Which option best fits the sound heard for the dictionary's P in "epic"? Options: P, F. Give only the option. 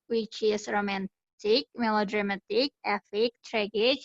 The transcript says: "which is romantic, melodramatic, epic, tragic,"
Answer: F